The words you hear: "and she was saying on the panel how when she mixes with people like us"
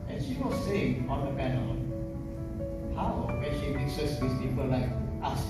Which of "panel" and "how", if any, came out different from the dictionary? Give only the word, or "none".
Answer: panel